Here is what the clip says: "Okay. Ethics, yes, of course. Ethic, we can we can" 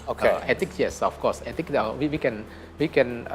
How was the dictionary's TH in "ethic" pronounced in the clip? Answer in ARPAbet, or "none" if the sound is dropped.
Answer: T